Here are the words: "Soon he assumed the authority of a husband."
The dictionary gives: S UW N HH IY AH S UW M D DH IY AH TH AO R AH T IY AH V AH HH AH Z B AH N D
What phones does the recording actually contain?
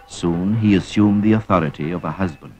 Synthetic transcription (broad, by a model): S UW N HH IY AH S UW M DH IY AH TH AO R AH T IY AH V AH HH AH Z B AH N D